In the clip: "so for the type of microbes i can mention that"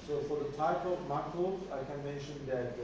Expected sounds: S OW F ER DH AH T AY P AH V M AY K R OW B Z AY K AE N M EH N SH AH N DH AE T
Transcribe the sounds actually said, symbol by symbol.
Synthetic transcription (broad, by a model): S OW F ER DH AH T AY P AH V M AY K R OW Z AY K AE N M EH N SH AH N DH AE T